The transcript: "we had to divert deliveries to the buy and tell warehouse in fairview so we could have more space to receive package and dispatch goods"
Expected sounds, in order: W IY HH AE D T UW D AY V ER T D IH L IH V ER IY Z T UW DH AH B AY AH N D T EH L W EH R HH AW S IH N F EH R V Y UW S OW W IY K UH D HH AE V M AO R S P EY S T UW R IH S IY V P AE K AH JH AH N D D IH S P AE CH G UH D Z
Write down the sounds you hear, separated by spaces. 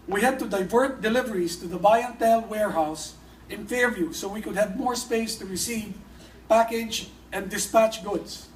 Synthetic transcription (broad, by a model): W IY HH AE D T UW D AY V ER T D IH L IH V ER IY S T UW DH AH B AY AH N T EH L W EH R HH AW S IH N F EH R V Y UW S OW W IY K UH D HH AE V M AO R S P EY S T UW R IH S IY V P AE K AH JH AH N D D IH S P AE CH G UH D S